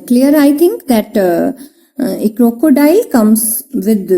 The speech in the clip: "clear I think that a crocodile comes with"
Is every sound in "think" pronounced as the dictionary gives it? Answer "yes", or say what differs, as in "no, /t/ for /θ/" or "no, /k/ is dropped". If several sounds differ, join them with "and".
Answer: no, /t/ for /θ/